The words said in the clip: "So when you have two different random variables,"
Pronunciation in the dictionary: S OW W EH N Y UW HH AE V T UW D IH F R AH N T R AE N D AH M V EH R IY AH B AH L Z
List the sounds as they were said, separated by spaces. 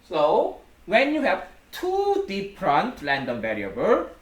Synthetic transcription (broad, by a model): S OW W EH N Y UW HH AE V T UW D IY P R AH N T L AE N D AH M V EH R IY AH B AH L